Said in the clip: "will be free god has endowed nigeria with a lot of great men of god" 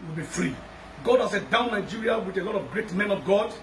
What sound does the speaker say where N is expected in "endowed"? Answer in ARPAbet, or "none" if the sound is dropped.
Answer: none